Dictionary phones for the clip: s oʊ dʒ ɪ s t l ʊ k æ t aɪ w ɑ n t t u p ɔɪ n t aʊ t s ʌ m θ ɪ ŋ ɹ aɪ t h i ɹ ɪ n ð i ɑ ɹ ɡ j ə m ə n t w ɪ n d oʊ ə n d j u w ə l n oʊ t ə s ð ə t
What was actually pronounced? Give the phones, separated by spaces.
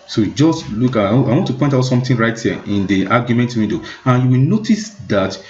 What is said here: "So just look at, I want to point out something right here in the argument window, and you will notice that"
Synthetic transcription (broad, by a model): s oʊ dʒ ɪ s t l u k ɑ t aɪ w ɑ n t t u p ɔɪ n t aʊ t s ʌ m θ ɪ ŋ ɹ aɪ t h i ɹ ɪ n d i ɑ ɡ j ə m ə n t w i d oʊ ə n j u w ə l n oʊ t ə s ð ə t